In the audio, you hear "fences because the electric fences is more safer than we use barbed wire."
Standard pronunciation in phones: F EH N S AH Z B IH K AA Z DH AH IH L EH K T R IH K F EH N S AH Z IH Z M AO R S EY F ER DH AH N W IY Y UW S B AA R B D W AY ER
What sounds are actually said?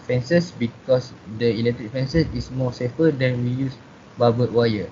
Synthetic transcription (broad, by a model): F EH N S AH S B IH K AA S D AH IH L EH K T R IH K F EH N S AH S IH S M AO S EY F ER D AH N W IY Y UW S B AA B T W AY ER